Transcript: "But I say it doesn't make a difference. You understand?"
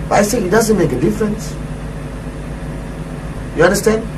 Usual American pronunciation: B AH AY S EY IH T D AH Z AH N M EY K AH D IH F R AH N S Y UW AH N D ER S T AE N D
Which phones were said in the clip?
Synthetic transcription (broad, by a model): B AY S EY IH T D AH Z AH N M EY K AH D IH F R AH N S Y UW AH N D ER S T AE N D